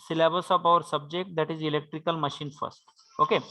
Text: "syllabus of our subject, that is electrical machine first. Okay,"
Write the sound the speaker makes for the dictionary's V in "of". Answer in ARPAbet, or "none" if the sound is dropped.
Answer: P